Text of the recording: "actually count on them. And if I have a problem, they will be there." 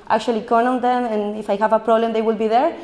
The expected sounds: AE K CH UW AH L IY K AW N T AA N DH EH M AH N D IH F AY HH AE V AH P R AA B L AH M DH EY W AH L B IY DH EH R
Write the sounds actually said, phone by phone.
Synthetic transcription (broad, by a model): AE K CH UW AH L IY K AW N AA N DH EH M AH N IH F AY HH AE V AH P R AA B L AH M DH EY W AH L B IY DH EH R